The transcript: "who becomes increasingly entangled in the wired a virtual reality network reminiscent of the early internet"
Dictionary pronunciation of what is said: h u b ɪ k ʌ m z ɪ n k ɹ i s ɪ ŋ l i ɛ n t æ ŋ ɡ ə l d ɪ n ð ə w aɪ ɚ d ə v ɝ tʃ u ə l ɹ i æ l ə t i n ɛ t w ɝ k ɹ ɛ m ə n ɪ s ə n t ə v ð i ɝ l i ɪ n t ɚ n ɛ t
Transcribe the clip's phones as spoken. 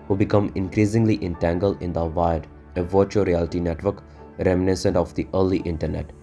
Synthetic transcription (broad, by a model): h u b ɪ k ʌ m ɪ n k ɹ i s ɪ ŋ l i ɛ n t æ ŋ ɡ ə l d ɪ n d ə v aɪ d ə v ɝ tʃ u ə ɹ i æ l ə t i n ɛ t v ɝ k ɹ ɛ m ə n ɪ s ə n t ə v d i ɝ l i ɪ n t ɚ n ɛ t